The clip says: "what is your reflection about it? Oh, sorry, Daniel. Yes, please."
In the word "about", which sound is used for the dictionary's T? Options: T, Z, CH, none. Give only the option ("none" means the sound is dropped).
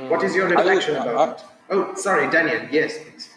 none